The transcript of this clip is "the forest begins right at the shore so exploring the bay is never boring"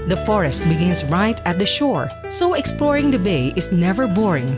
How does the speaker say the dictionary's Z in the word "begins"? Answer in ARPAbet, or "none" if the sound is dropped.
S